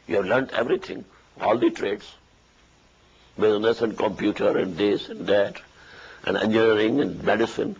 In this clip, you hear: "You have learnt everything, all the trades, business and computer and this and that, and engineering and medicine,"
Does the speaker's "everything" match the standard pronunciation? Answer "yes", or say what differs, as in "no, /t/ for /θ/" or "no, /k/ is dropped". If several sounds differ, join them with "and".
no, /t/ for /θ/